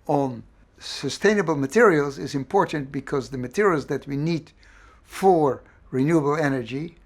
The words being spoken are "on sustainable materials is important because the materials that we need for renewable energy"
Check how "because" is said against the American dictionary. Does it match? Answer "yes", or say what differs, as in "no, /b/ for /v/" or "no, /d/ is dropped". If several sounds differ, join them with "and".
yes